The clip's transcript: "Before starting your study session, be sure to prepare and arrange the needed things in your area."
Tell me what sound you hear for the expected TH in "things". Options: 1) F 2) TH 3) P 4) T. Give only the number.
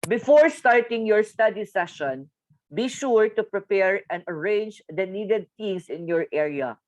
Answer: 4